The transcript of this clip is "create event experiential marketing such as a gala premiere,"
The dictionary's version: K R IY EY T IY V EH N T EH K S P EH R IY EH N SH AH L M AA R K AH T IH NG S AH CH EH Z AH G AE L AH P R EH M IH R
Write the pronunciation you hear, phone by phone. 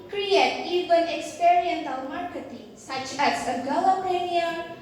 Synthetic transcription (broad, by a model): K R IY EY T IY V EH N EH K S P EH R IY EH N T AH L M AA R K AH T IH NG S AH CH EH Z AH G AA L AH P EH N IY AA